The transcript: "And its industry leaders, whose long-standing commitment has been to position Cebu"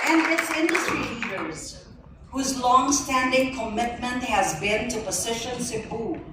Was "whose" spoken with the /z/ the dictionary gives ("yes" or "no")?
yes